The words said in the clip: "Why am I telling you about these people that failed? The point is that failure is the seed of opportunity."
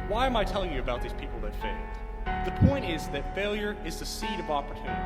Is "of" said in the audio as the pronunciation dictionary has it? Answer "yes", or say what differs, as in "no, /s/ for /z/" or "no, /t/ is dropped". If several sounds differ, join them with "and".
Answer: yes